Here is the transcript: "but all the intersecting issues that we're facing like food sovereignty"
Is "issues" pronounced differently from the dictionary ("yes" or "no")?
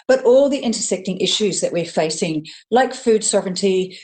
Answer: no